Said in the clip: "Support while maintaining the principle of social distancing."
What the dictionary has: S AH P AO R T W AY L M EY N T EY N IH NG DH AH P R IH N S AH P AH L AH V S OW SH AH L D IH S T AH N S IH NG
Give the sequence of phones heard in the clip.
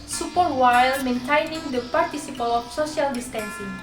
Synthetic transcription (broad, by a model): S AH P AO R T W AY L M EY N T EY N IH NG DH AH P R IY S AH P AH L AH F S OW S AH L D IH S T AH N S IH NG